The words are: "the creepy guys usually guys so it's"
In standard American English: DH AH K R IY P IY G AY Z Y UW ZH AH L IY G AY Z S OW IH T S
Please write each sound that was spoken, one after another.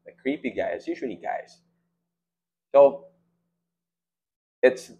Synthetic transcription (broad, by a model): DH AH K R IY P IY G AY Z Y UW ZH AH N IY G AY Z S OW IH T S